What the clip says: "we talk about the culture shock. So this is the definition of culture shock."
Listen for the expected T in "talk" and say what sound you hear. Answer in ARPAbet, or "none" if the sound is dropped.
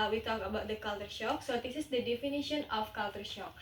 T